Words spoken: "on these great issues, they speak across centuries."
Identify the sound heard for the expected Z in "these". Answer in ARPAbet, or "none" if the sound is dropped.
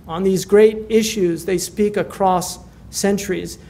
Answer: Z